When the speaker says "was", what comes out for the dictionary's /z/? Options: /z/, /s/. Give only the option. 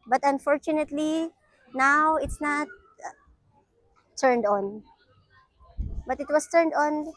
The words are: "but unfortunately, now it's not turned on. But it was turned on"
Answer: /s/